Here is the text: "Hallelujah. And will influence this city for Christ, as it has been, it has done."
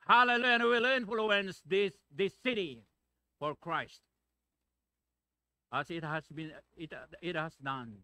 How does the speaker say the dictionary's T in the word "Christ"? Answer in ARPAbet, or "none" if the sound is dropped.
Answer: T